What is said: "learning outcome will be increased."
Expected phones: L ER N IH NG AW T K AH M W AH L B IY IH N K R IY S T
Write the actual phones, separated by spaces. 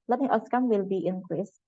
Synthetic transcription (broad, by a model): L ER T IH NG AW S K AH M W AH L B IY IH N K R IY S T